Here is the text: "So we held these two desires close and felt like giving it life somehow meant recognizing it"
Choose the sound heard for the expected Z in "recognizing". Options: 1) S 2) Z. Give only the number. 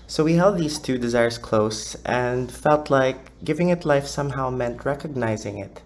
2